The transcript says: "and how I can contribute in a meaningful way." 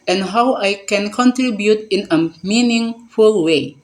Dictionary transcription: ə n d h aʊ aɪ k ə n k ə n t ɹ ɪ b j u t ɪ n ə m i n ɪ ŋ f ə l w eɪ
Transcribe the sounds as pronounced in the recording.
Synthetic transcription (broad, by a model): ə n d h aʊ aɪ k ə n k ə n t ɹ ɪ b j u t ɪ n ə m i n ɪ ŋ f ə l w eɪ